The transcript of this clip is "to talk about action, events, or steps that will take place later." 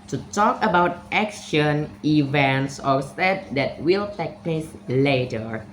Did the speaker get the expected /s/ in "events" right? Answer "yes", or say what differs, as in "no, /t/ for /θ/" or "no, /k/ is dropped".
yes